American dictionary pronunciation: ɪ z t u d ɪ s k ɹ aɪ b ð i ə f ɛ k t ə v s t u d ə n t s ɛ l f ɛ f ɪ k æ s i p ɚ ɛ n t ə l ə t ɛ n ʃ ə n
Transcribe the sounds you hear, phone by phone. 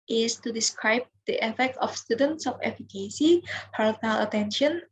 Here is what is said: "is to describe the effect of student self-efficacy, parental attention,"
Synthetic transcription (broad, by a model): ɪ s t u d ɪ s k ɹ aɪ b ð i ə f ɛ k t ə f s t u d ə n t s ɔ f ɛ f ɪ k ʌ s i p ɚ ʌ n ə l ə t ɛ n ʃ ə n